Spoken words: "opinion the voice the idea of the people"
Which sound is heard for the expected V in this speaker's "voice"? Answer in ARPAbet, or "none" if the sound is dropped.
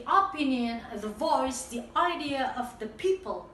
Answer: V